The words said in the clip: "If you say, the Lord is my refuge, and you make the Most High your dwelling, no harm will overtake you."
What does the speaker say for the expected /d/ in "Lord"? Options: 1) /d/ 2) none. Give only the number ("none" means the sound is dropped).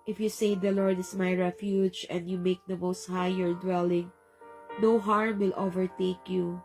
1